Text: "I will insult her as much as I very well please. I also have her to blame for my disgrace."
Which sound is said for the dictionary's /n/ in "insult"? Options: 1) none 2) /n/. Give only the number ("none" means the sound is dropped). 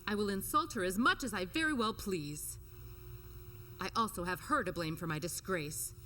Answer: 2